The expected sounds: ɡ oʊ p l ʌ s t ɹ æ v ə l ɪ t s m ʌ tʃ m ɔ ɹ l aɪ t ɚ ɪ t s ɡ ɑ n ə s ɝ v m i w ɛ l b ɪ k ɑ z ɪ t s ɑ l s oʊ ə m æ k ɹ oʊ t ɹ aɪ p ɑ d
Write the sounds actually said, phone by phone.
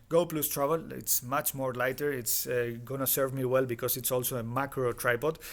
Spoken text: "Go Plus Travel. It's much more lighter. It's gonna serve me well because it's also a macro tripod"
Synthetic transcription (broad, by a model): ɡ oʊ p l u s t ɹ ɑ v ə l ɪ t s m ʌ tʃ m ɔ ɹ l aɪ t ɚ ɪ t s ɡ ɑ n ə s ɝ v m i w ɛ l b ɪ k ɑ s ɪ t s ɑ l s oʊ ə m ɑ k ɹ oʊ t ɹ aɪ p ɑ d